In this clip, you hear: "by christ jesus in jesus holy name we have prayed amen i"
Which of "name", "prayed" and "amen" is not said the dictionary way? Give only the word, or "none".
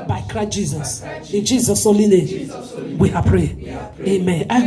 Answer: prayed